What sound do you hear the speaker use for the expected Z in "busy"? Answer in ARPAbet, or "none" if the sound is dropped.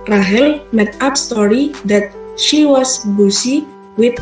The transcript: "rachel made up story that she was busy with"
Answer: S